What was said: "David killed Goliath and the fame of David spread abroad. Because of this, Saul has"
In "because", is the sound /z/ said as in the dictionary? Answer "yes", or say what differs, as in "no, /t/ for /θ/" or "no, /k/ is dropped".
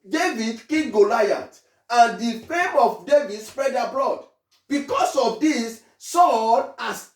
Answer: no, /s/ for /z/